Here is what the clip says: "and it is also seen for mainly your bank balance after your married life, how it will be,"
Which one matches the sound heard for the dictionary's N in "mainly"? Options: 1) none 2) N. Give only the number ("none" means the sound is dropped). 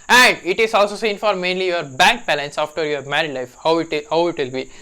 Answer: 2